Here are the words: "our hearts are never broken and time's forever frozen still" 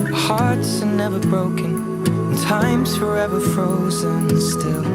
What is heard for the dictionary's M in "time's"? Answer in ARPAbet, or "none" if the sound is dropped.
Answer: M